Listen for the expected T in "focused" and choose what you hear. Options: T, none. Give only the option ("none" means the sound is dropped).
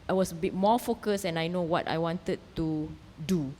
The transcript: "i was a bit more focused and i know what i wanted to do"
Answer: none